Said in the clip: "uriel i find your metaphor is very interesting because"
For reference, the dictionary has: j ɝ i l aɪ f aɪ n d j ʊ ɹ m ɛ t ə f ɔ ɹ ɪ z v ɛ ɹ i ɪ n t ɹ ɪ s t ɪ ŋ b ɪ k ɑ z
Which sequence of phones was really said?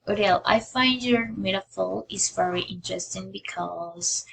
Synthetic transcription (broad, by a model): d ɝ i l aɪ f aɪ n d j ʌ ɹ m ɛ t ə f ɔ l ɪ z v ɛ ɹ i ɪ n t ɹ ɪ s t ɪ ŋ b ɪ k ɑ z